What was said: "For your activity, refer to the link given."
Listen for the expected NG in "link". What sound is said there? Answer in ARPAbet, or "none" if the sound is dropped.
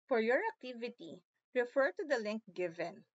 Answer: NG